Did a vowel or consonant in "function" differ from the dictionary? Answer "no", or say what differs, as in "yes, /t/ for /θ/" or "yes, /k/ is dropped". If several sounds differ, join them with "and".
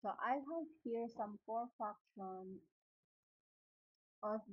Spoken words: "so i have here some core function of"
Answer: yes, /ŋ/ is dropped